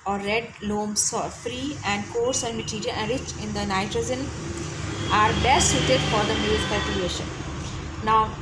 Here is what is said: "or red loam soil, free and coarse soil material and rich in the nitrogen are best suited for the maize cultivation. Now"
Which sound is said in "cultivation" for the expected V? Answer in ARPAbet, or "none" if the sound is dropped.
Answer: none